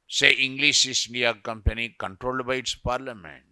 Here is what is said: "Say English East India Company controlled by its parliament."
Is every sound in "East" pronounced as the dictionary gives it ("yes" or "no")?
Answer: no